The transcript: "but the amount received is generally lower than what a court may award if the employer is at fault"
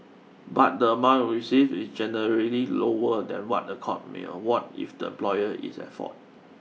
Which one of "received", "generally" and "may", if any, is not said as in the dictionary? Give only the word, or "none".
received